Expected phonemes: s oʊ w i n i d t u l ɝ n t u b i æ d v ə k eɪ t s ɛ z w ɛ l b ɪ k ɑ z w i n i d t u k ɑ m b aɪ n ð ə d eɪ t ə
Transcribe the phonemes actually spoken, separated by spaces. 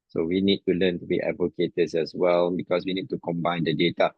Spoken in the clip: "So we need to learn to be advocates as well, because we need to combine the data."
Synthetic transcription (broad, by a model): s oʊ w i n i d t u l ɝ n t u b i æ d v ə k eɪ t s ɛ s w ɛ l b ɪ k ɑ s w i n i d t u k ɑ m b aɪ n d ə d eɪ t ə